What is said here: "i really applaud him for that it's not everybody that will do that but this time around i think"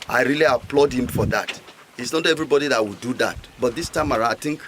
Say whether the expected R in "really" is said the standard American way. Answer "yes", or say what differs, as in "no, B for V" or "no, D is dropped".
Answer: yes